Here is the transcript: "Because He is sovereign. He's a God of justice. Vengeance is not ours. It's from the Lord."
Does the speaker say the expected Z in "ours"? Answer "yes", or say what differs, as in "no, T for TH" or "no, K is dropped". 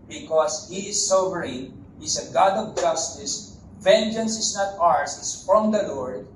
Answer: no, S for Z